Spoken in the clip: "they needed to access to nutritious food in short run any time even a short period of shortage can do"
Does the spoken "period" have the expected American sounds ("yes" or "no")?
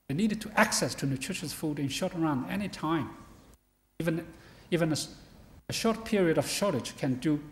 yes